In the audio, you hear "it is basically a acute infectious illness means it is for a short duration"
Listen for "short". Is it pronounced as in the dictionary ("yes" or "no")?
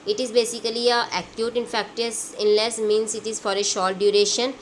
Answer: no